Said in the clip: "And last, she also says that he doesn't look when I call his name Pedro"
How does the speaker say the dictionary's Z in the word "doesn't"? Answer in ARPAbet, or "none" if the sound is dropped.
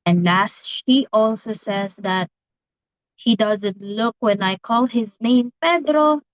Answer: Z